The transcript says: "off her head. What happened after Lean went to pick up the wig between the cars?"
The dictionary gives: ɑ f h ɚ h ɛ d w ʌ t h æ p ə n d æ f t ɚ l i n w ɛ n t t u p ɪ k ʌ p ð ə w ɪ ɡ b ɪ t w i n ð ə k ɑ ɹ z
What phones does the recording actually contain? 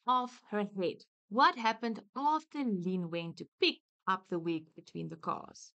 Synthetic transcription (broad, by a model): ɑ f h ɚ h ɛ d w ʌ t h æ p ə n d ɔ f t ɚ l i n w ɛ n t t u p ɪ k ʌ p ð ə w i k b ɪ t w i n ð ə k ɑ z